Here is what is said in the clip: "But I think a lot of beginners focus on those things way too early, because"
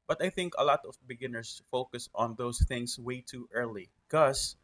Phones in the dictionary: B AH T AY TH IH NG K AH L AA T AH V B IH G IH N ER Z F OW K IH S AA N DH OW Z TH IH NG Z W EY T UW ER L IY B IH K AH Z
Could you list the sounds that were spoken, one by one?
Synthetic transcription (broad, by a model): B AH T AY TH IH NG K AH L AA T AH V B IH G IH N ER S F OW K IH S AA N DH OW S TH IH NG S W EY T UW ER L IY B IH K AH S